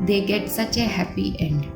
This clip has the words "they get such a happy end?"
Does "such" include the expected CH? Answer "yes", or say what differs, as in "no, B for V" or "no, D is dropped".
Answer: yes